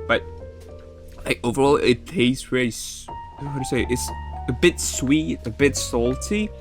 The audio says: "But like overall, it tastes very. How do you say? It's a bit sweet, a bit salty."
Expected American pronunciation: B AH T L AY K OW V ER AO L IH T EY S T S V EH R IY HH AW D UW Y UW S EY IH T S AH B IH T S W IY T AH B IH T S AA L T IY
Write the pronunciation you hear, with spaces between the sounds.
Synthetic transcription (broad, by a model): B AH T L AY K OW V ER AO L IH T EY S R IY L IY HH AW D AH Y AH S EY IH T S AH B IH T S W IY T AH B IH T S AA L T IY